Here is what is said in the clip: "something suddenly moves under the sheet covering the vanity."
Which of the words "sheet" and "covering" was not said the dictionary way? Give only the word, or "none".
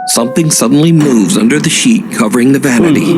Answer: none